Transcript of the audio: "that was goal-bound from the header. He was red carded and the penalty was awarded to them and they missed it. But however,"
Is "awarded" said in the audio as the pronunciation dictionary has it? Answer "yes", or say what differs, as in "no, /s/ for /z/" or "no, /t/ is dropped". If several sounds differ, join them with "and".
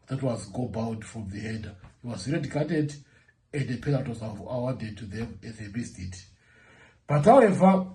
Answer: no, /w/ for /ɹ/